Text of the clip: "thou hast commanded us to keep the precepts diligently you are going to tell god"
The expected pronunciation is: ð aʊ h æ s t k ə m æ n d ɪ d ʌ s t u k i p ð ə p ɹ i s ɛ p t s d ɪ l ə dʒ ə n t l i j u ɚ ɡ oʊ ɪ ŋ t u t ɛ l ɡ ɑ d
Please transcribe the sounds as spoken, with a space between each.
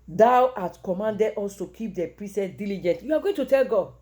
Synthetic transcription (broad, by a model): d aʊ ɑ t k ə m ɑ n d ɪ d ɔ s t u k i p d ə p ɹ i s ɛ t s d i l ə dʒ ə n t j u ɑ ɡ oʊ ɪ t u t ɛ l ɡ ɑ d